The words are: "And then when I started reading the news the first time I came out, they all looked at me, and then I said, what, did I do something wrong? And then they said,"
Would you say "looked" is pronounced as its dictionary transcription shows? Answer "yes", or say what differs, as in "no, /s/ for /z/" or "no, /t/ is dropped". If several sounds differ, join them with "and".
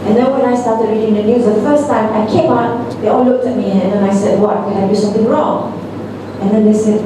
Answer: yes